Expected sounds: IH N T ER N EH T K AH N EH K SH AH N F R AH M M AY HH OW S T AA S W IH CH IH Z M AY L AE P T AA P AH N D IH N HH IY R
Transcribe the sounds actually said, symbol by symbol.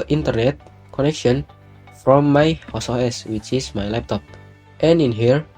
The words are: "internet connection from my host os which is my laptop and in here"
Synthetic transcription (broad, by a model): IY N T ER N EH T K AH N EH K SH AH N F R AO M M AY HH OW S AA S W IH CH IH S M AY L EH P T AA P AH N IH N HH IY R